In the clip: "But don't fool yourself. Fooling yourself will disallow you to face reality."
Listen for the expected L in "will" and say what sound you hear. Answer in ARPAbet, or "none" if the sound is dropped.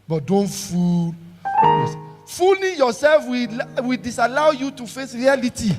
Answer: W